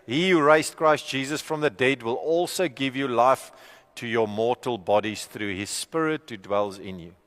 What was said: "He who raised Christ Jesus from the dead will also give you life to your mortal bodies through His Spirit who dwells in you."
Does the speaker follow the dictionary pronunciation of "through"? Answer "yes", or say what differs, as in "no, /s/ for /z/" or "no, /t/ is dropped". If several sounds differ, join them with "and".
yes